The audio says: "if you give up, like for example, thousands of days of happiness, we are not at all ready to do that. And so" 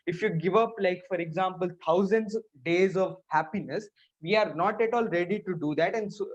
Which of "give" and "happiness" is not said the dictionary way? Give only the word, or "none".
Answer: none